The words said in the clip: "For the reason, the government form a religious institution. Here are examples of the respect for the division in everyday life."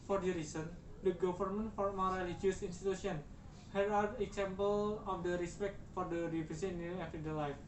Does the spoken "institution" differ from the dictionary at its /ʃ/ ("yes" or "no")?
yes